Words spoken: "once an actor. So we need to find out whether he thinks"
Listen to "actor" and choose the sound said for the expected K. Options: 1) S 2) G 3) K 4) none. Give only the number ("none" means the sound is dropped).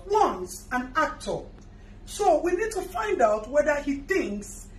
3